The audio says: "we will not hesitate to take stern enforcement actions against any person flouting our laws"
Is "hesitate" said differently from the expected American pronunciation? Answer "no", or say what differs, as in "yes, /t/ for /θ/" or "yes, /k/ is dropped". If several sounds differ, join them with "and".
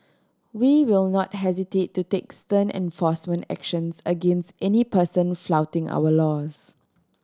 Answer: no